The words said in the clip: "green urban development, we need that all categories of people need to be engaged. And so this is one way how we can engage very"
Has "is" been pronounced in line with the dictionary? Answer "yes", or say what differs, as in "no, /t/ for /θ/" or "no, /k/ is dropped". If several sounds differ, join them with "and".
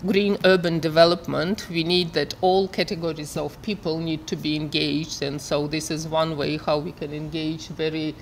yes